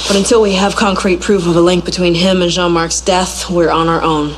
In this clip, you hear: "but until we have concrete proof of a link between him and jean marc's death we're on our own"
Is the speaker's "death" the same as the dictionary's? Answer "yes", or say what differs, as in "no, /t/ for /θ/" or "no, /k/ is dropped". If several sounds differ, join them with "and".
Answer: yes